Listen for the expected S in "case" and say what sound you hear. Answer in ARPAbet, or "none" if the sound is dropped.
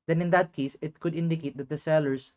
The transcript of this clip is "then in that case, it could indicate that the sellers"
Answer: S